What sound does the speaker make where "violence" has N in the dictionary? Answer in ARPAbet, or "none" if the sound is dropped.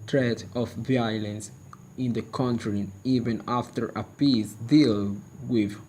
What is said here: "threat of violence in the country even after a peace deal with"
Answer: N